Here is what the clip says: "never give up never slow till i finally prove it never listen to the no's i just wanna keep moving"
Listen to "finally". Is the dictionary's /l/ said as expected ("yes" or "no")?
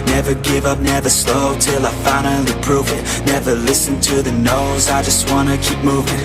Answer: no